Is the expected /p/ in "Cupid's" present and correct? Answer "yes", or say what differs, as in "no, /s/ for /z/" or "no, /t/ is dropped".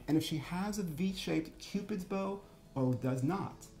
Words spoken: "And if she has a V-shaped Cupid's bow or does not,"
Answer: yes